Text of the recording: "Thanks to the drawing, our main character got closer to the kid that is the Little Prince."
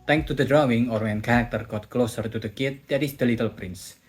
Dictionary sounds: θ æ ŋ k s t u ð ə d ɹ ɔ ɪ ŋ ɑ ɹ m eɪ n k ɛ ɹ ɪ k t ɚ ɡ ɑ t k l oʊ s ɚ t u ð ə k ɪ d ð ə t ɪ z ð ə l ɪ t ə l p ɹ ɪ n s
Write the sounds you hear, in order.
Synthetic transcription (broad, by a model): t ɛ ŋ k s t u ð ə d ɹ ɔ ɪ ŋ ɑ ɹ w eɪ n k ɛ ɹ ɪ k t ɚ ɡ ɑ t k l oʊ s ɚ t u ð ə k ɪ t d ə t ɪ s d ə l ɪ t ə l p ɹ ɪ n s